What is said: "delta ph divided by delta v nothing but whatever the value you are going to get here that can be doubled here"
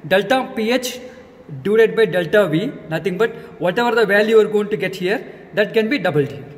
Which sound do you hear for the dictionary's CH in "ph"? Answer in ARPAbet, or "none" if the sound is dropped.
CH